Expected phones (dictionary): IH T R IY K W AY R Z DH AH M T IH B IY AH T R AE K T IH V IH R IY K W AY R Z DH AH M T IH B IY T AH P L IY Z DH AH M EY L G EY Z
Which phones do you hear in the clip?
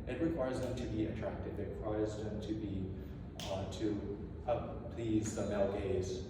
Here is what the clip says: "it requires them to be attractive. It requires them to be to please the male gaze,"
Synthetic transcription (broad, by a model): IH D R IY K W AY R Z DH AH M T IH B IY AH T R AE K T IH V IH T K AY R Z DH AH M T IH B IY T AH P L IY Z DH AH M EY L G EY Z